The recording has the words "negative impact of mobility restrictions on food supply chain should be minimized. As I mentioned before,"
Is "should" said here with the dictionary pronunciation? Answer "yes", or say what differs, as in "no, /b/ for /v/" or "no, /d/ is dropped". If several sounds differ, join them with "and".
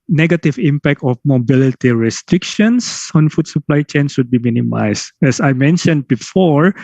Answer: no, /s/ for /ʃ/